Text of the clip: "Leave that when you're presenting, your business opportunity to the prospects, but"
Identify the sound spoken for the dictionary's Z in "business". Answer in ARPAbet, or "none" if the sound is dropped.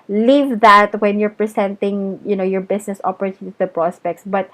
S